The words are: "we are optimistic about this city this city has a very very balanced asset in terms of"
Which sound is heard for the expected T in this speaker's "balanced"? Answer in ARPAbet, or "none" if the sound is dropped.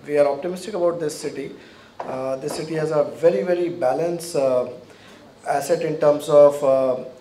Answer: none